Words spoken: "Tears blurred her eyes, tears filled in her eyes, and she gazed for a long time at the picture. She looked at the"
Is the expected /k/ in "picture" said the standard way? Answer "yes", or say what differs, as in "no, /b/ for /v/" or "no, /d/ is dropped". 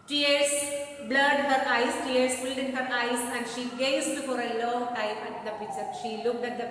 no, /k/ is dropped